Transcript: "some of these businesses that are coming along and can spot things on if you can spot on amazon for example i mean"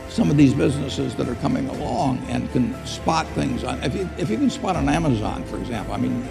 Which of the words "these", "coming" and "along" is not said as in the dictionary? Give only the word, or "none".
none